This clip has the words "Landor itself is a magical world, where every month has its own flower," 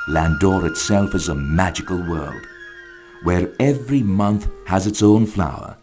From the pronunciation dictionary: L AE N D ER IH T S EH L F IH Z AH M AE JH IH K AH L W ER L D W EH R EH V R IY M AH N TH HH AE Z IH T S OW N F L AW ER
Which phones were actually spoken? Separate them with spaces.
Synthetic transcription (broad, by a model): L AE N D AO IH T S EH L F IH Z AH M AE JH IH K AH L W ER L D W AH R EH V R IY M AH N TH HH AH Z IH T S OW N F L AW ER